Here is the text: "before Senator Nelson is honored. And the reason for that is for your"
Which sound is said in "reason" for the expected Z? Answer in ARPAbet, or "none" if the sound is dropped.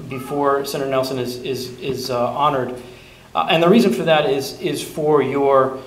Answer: Z